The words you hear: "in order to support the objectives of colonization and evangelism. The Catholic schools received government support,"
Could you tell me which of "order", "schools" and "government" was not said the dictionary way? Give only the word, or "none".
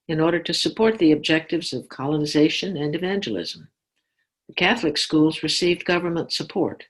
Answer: none